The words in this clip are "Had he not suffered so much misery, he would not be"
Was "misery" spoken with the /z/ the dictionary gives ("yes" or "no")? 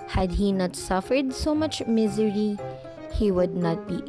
yes